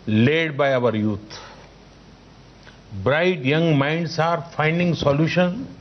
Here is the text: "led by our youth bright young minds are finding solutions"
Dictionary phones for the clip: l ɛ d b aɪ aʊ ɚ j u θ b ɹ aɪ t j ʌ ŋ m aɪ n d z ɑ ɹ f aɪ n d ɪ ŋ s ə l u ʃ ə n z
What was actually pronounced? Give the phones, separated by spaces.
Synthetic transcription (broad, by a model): l ɛ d b aɪ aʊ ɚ j u t b ɹ aɪ t j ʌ ŋ m aɪ n d s ɑ ɹ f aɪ n d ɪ ŋ s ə l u ʃ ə n